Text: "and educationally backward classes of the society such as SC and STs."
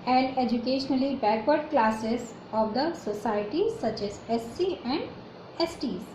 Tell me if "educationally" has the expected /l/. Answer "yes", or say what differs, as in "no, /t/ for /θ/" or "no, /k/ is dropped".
yes